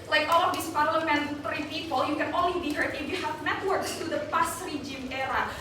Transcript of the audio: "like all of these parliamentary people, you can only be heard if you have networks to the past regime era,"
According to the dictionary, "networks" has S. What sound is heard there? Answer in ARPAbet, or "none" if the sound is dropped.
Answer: S